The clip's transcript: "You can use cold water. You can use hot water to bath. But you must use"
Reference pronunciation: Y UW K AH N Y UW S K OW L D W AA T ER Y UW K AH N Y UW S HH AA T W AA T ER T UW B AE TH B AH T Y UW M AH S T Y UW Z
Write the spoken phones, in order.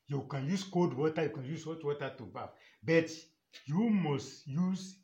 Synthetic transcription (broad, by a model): Y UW K AH N Y UW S K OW D W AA T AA Y UW K AH N Y UW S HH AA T W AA T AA T UW B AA F B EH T Y UW M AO S T Y UW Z